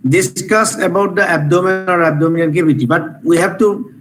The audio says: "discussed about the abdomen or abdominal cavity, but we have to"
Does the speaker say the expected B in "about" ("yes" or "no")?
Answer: yes